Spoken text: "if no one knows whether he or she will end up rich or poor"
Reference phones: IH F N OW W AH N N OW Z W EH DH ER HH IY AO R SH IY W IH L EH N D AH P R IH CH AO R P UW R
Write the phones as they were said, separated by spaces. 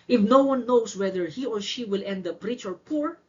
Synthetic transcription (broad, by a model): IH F N OW W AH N N OW S W EH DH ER HH IY AO R SH IY W IH L EH N D AH P R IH CH AO R P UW R